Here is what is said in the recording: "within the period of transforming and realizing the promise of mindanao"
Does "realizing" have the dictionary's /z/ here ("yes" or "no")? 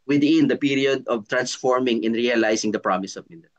no